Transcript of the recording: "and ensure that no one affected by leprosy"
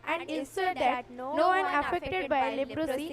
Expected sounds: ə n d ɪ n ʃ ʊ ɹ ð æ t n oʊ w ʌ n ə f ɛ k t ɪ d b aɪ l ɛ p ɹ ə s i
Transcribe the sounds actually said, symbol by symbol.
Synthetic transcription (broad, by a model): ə n d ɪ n s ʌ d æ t n oʊ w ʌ n ə f ɛ k t ɪ d b aɪ l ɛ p ɹ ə s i